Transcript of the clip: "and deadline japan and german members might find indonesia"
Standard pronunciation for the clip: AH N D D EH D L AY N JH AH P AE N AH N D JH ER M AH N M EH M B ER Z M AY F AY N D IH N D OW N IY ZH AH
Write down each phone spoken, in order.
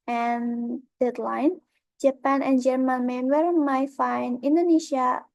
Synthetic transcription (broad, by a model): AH N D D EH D L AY N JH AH P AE N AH N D JH ER M AH N M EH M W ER M AY F AY N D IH N D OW N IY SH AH